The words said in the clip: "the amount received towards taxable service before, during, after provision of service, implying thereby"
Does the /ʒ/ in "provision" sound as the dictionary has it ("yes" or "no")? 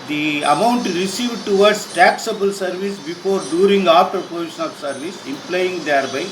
no